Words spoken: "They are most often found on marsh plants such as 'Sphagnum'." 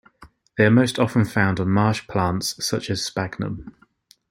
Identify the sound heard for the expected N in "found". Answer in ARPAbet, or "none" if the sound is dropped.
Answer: N